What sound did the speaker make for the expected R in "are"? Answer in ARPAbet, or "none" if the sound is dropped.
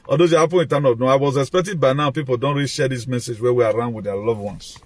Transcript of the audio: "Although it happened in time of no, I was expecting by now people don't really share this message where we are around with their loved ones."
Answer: R